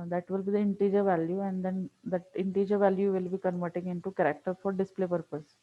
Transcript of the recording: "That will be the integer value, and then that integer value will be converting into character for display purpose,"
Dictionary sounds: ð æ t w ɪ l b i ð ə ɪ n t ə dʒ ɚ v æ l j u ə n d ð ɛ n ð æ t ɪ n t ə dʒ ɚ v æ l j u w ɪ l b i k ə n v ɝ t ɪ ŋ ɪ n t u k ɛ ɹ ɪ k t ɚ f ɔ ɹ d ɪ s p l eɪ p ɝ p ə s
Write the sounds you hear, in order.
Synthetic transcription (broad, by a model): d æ t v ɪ l b i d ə ɪ n t ə dʒ ɚ v æ l j u ə n d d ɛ n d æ t ɪ n t ə dʒ ɚ v æ l j u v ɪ l b i k ə n v ɝ t ɪ ŋ ɪ n t u k ɛ ɹ ɪ k t ɚ f ɔ ɹ d ɪ s p l eɪ p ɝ p ə s